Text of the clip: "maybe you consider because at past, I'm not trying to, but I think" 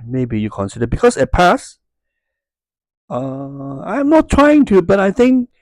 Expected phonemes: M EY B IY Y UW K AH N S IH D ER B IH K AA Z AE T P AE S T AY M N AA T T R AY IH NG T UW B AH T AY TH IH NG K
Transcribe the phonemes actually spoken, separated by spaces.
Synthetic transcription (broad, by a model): M EY B IY Y UW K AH N S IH D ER B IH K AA S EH T P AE S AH AY M N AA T T R AY IH NG T UW B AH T AY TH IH NG K